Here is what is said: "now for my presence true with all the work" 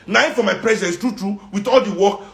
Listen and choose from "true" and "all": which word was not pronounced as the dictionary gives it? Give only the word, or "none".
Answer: none